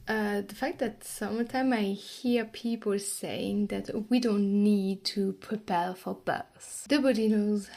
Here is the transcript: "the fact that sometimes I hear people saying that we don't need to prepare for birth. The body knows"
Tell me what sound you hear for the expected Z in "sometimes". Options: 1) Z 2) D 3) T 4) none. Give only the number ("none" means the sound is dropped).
4